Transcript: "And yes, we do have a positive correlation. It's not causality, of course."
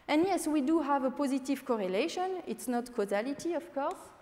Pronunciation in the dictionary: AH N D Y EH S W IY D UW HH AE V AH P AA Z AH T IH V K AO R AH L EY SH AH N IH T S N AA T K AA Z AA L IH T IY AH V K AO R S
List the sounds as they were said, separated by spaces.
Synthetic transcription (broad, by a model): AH N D Y EH S W IY D UW HH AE V AH P AA Z AH T IH V K AO R AH L EY SH AH N IH T S N AA T K AA Z AA L IH T IY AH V K AO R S